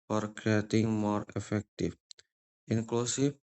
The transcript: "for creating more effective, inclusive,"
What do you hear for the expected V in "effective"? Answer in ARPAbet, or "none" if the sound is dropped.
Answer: F